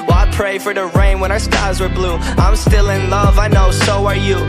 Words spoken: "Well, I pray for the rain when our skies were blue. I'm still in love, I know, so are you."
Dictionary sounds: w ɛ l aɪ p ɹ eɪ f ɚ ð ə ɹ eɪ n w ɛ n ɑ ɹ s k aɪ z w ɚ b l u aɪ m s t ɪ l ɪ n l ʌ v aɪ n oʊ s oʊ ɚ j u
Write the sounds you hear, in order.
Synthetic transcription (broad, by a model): w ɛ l aɪ p ɹ eɪ f ɚ ð ə ɹ eɪ n w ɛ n ɑ ɹ s k aɪ z w ɚ b l u aɪ m s t ɪ l ɪ n l ʌ v aɪ n oʊ s oʊ ɚ j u